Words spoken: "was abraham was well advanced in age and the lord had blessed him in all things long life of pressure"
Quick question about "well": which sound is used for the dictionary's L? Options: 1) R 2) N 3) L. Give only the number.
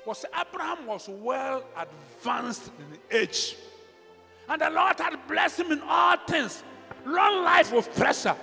3